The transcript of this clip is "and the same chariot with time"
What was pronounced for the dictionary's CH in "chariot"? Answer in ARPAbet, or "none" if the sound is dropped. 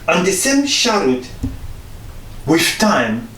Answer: SH